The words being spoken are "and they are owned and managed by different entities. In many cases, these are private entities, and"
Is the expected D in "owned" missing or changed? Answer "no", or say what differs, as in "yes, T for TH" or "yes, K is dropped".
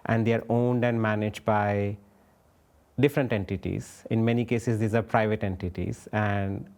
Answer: no